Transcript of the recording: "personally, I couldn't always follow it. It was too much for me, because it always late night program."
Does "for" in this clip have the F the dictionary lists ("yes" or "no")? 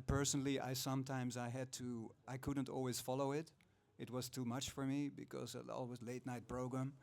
yes